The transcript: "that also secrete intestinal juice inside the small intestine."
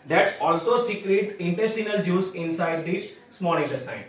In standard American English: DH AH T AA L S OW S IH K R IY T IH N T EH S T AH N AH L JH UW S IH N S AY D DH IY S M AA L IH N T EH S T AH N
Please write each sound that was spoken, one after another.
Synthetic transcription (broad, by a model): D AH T AA L S OW S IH K R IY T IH N T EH S T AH N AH L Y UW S IH N S AY D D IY S M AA N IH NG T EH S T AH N